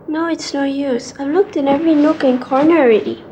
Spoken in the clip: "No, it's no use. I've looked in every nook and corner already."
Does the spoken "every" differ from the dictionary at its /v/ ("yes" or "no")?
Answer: no